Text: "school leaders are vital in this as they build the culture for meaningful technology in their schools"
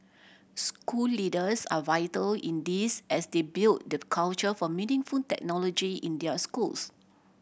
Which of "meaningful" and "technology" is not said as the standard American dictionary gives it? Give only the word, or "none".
meaningful